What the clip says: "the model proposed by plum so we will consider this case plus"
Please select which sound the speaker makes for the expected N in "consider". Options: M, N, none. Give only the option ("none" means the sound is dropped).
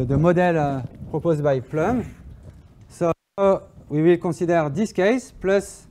none